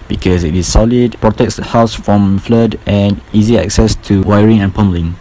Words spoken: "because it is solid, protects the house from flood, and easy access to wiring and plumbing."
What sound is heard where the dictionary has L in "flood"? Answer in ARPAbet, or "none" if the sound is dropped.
L